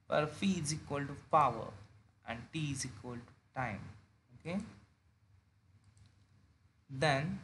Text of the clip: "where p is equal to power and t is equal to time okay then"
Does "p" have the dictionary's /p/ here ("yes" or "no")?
no